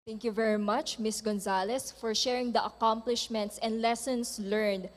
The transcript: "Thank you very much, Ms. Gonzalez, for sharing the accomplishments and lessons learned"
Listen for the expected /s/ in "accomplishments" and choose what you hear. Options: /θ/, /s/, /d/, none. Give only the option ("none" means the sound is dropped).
/s/